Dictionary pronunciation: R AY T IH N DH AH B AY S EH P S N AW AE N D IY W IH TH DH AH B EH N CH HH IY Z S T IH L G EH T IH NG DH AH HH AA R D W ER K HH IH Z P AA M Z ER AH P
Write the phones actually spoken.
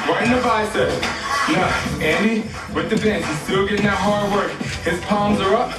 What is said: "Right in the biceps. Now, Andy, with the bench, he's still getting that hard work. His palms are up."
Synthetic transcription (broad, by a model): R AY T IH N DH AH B AY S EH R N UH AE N IY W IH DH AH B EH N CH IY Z S T IH L G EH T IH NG DH AH HH AA R D W ER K HH IH Z P AA M Z ER AH P